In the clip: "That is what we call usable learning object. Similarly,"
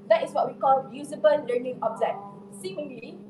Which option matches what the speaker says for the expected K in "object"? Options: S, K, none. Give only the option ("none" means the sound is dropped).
none